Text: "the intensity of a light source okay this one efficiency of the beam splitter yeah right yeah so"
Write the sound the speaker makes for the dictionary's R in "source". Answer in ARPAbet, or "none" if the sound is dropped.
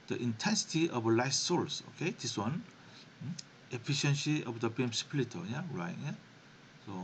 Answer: L